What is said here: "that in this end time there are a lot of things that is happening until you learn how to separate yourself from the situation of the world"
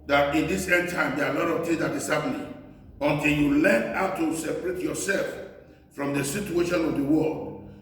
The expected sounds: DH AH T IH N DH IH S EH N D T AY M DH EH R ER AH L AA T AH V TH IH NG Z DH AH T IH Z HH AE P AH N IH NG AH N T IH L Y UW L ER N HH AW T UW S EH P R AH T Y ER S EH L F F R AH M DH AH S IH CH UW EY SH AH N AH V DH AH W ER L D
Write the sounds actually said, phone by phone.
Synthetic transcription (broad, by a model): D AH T IH N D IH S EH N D T AY M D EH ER AH L AA T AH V T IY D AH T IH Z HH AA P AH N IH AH N T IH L Y UW L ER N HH AW T UW S EH P R AH T Y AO S EH L F F R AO M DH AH S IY CH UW EY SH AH N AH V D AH W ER L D